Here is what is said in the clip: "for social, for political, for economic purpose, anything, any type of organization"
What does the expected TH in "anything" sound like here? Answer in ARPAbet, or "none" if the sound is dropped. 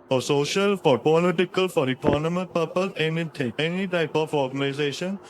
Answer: T